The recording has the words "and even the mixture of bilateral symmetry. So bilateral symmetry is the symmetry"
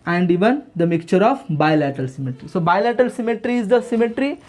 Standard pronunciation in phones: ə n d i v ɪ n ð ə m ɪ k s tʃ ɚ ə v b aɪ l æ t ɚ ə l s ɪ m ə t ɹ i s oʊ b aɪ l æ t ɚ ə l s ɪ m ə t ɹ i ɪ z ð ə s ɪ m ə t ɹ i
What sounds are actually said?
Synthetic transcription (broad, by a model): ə n d i v ɪ n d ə m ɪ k tʃ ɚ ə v b aɪ l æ t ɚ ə l s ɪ m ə t ɹ i s oʊ b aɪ l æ t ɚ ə l s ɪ m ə t ɹ i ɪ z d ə s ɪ m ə t ɹ i